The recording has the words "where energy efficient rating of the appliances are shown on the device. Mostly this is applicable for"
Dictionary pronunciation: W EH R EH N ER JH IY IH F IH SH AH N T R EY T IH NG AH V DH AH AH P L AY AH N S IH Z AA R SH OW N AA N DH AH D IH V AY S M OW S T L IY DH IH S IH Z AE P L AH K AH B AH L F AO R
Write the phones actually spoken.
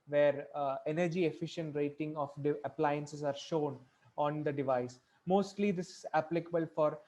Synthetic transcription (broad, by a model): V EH R EH N ER JH IY IH F IH SH AH N T R EY T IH NG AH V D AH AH P L AY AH N S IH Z AA R SH OW N AA N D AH D IH V AY S M OW S T L IY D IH S IH Z AE P L AH K AH B AH L F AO R